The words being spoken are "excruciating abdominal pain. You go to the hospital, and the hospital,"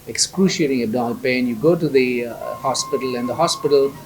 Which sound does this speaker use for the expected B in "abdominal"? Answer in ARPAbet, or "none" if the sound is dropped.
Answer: none